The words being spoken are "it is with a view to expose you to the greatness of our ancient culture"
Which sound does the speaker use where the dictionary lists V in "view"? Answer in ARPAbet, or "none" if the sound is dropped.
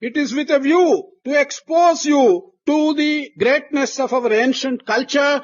V